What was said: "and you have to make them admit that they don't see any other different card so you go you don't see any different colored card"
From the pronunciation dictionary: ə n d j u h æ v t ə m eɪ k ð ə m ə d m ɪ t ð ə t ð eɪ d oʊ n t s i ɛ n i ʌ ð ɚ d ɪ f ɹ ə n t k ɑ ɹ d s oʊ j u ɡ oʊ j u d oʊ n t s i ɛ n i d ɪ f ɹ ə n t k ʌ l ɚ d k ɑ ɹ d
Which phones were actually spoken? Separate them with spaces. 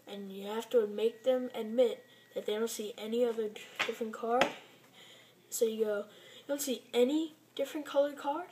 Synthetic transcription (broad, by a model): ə n j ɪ h æ f t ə m eɪ k ð ə m ə d m ɪ t ð ə t ð eɪ d oʊ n t s i ɛ n i ʌ ð ɚ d ɪ f ɹ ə n k ɑ ɹ d s oʊ j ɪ ɡ oʊ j d oʊ n t s i ɛ n i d ɪ f ɹ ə n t k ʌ l ɚ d k ɑ ɹ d